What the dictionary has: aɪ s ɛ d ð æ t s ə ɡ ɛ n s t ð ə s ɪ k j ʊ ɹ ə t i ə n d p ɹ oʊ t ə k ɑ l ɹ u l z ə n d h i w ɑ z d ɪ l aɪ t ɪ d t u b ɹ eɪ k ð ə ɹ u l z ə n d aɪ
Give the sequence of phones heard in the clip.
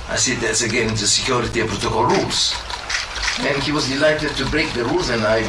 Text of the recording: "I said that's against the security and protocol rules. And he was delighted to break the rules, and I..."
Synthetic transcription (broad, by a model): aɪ s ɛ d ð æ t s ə ɡ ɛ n t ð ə s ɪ k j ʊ ɹ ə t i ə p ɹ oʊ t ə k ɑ l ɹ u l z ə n h i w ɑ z d ɪ l aɪ t ɪ d t u b ɹ eɪ k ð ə ɹ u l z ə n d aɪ